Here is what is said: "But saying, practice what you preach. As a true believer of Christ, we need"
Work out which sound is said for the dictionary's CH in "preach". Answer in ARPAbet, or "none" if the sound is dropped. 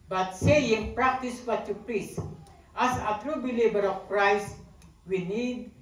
S